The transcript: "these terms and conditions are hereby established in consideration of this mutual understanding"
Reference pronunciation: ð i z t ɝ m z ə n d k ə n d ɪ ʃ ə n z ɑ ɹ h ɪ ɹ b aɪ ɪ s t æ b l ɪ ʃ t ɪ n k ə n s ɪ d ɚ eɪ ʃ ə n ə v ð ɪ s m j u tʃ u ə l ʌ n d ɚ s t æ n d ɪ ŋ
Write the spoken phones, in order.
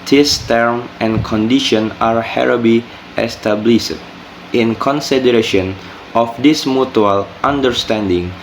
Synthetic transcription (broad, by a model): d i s t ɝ m ə n k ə n d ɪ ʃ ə n ɑ ɹ h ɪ ɹ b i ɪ s t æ b l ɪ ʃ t ɪ n k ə n s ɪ d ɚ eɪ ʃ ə n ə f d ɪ s m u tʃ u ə l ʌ n d ɚ s t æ n d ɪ ŋ